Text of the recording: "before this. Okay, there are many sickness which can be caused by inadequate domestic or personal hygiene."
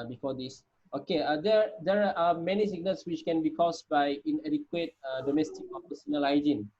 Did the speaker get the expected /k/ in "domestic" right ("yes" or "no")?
yes